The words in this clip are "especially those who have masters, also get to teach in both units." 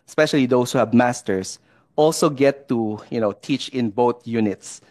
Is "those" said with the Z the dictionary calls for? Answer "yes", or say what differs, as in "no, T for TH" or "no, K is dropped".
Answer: no, S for Z